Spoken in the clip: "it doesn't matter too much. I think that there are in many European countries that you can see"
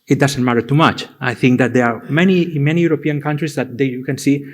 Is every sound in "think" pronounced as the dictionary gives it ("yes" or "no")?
yes